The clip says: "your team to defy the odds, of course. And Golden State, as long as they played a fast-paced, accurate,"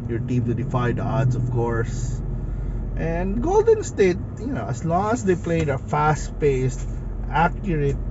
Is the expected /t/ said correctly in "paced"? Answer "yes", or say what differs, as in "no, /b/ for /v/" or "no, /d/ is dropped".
yes